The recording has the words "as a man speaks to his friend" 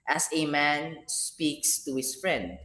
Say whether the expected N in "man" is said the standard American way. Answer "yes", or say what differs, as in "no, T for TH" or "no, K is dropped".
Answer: yes